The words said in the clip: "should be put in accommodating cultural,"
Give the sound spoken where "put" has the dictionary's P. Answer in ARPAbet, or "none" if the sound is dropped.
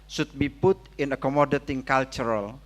P